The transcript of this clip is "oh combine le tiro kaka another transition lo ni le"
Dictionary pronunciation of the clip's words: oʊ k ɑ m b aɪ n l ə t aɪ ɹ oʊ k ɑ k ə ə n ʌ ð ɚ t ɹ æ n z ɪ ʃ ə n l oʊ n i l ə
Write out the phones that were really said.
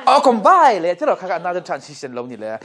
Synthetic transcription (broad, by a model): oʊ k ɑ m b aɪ l ə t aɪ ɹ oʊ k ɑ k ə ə n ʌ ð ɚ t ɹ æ n s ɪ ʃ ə n l oʊ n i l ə